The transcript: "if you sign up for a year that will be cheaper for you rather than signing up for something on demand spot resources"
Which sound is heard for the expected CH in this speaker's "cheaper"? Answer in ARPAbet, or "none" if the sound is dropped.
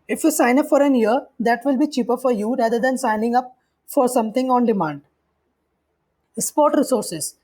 CH